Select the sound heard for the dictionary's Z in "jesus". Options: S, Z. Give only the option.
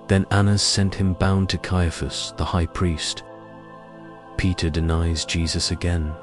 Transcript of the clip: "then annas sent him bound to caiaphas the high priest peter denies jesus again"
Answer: Z